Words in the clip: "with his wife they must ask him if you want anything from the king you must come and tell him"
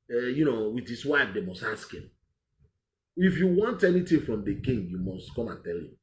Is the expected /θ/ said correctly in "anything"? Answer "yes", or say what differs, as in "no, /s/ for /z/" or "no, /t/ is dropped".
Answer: no, /t/ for /θ/